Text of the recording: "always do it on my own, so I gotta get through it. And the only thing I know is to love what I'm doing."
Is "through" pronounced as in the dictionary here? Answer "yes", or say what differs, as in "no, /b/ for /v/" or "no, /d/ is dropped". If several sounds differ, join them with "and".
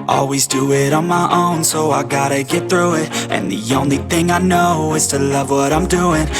yes